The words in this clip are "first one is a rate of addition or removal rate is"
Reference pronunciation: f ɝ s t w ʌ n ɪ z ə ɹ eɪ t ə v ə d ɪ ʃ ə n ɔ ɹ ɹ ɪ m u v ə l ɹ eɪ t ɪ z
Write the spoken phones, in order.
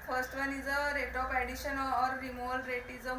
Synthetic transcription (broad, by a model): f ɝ s t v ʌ n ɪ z ə ɹ eɪ t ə p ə d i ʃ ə n ɔ ɹ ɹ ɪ m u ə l ɹ eɪ t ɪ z